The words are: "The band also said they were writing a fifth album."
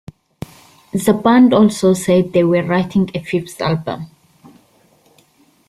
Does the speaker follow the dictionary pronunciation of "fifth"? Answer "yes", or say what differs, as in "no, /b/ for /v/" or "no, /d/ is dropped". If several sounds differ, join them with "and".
no, /s/ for /θ/